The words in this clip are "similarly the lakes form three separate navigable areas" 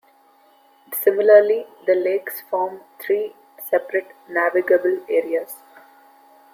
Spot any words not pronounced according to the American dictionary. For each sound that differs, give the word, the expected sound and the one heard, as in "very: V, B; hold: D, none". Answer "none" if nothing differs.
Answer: three: TH, T